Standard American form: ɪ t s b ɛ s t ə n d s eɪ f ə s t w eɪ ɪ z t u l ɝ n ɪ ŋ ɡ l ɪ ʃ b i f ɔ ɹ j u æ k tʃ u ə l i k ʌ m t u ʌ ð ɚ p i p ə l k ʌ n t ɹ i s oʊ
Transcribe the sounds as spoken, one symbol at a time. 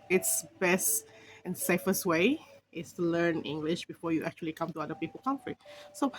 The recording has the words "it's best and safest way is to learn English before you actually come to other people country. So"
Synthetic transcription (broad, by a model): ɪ t s b ɛ s t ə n s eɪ f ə s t w eɪ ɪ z t u l ɝ n ɪ ŋ ɡ l ɪ ʃ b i f ɔ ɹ j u æ k tʃ u ə l i k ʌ m t u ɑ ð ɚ p i p ə l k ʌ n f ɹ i s oʊ